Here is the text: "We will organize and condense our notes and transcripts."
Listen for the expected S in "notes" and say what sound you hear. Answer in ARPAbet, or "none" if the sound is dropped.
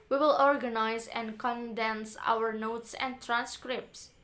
S